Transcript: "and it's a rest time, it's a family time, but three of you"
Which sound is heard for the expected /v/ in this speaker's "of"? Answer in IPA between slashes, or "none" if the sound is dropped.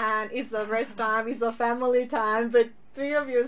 /v/